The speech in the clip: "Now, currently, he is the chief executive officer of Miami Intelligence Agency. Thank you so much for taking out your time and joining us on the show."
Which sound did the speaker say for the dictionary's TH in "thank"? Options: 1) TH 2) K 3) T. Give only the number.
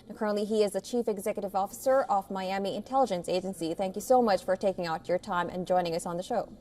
1